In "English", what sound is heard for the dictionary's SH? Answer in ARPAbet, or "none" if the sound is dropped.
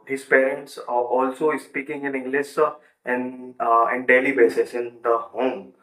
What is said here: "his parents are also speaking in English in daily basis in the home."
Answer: S